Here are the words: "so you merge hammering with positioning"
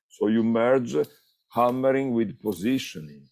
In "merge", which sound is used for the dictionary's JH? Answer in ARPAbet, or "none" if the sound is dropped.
JH